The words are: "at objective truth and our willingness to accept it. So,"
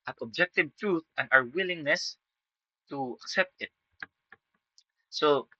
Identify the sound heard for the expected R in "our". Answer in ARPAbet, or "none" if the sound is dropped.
W